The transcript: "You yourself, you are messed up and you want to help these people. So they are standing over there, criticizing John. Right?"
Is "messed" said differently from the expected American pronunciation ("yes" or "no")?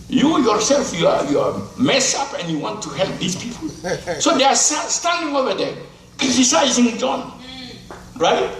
yes